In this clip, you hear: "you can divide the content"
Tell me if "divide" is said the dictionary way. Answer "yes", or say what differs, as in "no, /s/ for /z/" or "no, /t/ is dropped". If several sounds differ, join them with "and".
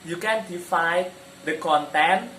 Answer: no, /f/ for /v/